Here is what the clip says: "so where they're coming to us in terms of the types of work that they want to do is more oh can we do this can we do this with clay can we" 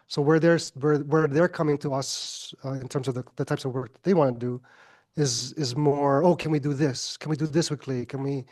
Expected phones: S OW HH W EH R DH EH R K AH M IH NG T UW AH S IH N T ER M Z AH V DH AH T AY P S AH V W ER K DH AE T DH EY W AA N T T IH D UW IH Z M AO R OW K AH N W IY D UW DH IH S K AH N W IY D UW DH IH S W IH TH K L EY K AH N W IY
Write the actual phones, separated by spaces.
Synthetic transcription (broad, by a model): S OW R W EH R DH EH R K AH M IH NG T UW AH S IH N T ER M Z AH V DH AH T AY P S AH V W ER K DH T DH EY W AA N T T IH D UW IH Z M AO R OW K AH N W IY D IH DH IH S K AH N W IY D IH DH IH S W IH K L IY K AH N W IY